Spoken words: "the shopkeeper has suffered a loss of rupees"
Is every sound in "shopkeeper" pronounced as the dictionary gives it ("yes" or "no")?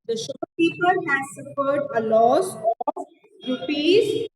no